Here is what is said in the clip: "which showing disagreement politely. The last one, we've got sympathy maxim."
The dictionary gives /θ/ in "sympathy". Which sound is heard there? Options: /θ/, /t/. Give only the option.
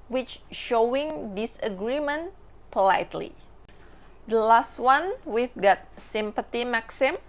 /t/